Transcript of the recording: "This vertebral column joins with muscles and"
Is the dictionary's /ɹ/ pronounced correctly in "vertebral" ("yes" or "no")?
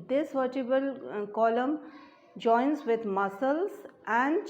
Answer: no